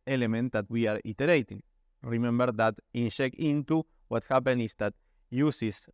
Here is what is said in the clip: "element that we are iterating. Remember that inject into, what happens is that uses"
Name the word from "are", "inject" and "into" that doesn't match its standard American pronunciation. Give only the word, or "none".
inject